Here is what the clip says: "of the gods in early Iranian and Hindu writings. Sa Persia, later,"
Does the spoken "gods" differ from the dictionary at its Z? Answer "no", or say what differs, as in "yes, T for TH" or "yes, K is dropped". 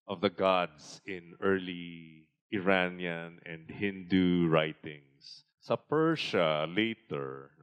yes, S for Z